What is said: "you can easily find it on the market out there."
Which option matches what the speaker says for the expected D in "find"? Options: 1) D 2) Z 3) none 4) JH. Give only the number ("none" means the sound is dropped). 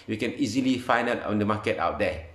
3